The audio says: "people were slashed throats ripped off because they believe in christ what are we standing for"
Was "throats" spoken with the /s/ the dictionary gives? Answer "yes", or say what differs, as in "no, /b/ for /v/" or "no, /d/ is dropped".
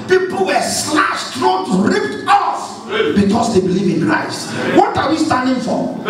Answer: no, /s/ is dropped